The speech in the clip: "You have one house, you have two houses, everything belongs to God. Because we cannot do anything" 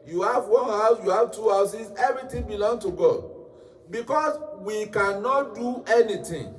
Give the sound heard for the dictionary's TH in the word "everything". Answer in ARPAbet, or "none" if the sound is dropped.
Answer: T